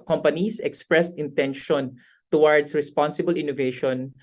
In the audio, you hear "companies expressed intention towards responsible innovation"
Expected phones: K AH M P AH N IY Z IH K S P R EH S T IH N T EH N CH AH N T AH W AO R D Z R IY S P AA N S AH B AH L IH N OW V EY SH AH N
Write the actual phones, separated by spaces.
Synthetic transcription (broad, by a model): K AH M P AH N IY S IH K S P R EH S T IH N T EH N SH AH N T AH W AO R D S R IY S P AA N S AH B AH L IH N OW V EY SH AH N